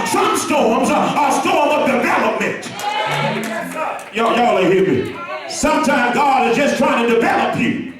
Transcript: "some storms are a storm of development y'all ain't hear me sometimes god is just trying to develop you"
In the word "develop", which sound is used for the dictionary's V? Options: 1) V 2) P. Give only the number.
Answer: 1